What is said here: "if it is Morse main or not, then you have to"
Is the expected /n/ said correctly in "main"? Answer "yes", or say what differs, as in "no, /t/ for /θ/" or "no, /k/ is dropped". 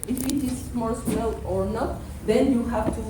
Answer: no, /l/ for /n/